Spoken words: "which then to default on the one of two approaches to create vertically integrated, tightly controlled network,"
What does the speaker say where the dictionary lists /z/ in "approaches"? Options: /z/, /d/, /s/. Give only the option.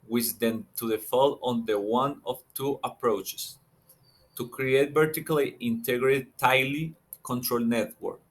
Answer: /s/